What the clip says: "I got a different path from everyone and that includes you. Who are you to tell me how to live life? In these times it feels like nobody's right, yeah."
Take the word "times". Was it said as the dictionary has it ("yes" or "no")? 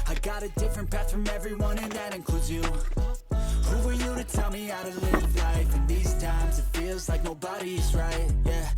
yes